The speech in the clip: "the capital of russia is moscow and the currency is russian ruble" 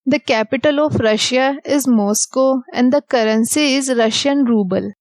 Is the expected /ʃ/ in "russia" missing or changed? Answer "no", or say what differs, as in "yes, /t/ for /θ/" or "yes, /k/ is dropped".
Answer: no